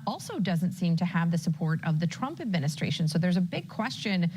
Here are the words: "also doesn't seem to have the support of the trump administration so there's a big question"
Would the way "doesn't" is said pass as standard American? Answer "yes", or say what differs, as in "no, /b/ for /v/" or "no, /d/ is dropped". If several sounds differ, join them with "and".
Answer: yes